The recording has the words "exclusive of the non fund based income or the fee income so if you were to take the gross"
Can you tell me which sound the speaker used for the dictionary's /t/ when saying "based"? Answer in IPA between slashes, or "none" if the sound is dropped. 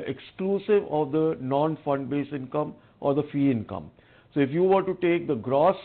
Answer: none